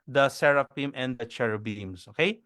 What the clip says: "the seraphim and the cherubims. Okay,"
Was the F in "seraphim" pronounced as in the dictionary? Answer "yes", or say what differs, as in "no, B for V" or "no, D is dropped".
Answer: no, P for F